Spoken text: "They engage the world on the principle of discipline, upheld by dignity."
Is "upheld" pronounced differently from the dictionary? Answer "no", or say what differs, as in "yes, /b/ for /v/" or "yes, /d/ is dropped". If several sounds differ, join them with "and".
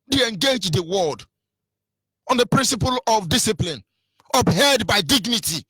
yes, /l/ is dropped